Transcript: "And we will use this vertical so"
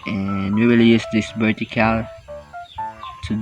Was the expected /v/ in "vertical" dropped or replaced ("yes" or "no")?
yes